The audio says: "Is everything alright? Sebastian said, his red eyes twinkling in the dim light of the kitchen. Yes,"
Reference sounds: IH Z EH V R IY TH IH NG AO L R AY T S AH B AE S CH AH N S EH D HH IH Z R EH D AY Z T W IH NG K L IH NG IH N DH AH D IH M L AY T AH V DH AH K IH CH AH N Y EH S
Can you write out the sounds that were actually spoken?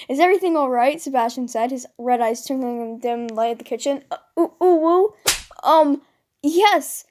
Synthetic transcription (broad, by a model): IH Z EH V R IY TH IH NG AO L R AY T S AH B AE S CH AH N S EH D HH IH Z R EH D AY Z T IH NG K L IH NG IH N D IH M L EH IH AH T DH AH K IH CH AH N Y EH S